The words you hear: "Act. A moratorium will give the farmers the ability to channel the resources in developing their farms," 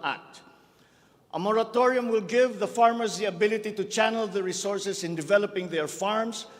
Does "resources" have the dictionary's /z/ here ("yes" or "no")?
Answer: no